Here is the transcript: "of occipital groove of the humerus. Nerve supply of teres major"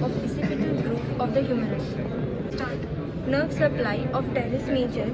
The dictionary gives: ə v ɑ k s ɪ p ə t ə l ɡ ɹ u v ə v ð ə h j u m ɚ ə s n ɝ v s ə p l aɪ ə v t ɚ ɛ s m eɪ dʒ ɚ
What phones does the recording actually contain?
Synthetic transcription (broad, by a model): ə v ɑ s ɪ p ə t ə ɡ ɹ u p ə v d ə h j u m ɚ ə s n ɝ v s ə p l aɪ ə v t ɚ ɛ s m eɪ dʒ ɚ